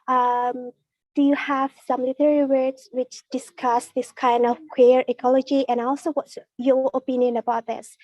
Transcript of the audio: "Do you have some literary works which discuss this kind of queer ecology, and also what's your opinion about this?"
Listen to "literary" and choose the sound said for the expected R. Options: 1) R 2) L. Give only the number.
2